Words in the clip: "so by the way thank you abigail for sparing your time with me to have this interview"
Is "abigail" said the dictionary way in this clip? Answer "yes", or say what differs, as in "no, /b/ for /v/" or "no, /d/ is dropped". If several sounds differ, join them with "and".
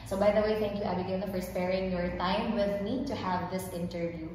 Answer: no, /n/ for /l/